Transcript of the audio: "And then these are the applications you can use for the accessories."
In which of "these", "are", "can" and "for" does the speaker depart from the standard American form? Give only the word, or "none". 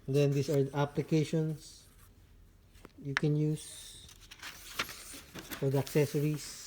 these